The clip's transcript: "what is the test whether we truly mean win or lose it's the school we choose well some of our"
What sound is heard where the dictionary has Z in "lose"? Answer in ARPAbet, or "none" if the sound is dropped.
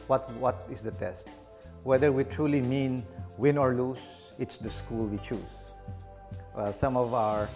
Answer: S